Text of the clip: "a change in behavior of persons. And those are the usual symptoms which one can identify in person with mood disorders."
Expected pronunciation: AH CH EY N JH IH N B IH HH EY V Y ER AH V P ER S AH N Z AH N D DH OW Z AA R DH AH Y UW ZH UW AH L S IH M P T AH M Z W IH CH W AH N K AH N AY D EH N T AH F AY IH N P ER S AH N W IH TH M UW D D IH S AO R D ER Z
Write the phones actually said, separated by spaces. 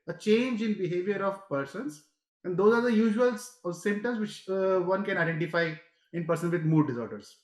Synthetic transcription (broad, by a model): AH CH EY N JH IH N B IH HH EY V Y ER AH V P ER S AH N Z AH N D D OW Z AA R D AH Y UW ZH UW AH L S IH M T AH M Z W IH CH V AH N K AH N AY D EH N T AH F AY IH N P ER S AH N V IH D M UW D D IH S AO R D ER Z